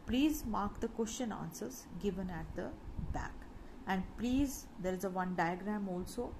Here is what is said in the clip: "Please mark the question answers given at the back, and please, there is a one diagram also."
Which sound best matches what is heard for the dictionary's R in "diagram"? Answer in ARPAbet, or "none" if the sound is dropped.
R